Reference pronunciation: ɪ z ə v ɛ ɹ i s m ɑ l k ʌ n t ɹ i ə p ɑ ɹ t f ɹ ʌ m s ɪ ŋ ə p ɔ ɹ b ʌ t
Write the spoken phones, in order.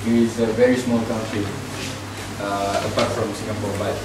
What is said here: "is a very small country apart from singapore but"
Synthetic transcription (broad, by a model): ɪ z ə v ɛ ɹ i s m ɑ l k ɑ n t ɹ i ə p ɑ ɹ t f ɹ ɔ m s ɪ ə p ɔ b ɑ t